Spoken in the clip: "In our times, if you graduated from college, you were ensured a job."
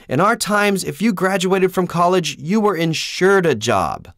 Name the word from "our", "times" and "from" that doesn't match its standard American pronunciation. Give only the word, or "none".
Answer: none